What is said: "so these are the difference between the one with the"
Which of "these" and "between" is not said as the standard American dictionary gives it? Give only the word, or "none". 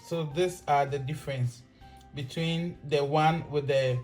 these